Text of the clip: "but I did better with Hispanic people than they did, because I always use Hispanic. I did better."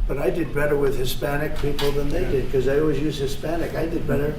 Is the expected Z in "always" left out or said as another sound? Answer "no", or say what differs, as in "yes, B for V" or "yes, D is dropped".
no